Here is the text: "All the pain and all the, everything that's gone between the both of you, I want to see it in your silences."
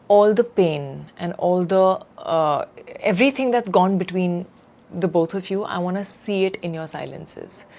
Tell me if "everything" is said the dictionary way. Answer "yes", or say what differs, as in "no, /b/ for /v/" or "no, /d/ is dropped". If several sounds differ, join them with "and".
no, /t/ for /θ/